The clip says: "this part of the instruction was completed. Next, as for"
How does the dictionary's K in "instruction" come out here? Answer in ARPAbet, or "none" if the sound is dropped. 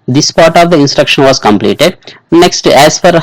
K